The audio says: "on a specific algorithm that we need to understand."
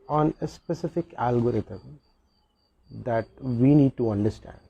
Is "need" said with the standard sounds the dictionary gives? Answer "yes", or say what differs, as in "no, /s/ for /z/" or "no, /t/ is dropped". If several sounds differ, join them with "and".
yes